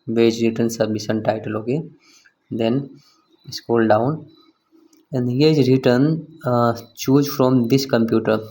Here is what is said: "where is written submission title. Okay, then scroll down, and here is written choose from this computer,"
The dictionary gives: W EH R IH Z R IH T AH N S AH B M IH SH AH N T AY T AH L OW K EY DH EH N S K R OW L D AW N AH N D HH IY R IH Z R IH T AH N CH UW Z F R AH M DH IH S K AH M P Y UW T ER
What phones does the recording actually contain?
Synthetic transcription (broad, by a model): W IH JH R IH T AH N S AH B M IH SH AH N T AY T AH L OW K EY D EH N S K OW L D AW N AH N D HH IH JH R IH T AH N CH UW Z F R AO M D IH S K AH M P Y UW T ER